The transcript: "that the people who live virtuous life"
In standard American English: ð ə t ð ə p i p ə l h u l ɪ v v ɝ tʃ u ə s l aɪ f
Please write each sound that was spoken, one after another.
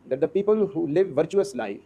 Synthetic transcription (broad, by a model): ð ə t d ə p i p ə l h u l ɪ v v ɝ tʃ u ə s l aɪ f